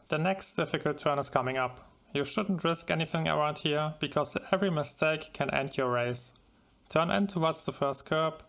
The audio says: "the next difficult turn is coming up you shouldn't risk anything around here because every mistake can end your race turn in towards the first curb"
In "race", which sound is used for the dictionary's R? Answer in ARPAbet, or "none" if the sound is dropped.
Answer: R